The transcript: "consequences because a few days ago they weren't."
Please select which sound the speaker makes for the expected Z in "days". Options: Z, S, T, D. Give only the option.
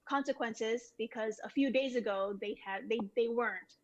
Z